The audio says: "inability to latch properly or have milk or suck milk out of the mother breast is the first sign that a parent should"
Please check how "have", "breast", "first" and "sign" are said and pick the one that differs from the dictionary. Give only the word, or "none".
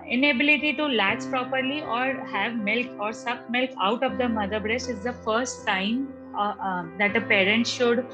none